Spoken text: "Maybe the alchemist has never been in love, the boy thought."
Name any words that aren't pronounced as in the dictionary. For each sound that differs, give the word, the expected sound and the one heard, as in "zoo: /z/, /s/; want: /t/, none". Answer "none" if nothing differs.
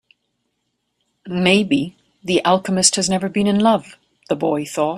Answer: none